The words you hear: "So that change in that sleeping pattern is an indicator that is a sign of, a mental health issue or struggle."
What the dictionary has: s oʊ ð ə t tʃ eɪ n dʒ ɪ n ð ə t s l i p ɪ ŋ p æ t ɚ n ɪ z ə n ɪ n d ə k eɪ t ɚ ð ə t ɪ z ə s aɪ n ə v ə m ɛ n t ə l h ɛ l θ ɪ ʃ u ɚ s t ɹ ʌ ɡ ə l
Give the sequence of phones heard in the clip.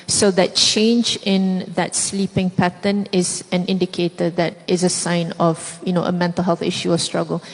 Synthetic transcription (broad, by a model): s oʊ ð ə t tʃ eɪ n dʒ ɪ n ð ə t s l i p ɪ ŋ p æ t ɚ n ɪ z ə n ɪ n d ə k eɪ t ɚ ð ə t ɪ z ə s aɪ n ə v ə m ɛ n t ə l h ɛ l θ ɪ ʃ u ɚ s t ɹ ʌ ɡ ə l